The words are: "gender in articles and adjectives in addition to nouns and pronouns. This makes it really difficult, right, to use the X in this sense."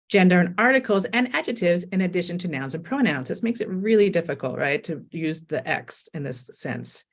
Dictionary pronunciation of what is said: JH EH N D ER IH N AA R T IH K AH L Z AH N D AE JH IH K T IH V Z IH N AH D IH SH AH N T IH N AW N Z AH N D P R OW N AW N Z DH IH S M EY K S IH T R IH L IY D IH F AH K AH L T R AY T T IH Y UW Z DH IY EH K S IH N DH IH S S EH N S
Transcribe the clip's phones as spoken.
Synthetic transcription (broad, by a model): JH EH N D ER IH N AA R T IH K L Z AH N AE JH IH T IH V Z IH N AH D IH SH AH N T IH N AW N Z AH N P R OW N AW N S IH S M EY K S IH T R IH L IY D IH F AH K L T R AY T T IH Y UW Z DH IY EH K S IH N DH IH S S EH N S